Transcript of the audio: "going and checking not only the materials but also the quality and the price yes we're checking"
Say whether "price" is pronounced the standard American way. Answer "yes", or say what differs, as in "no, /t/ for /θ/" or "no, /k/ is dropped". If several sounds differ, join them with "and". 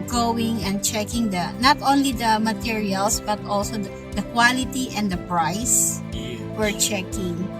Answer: no, /s/ is dropped